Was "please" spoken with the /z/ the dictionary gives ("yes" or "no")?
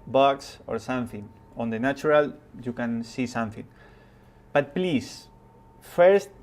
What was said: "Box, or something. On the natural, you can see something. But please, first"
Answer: no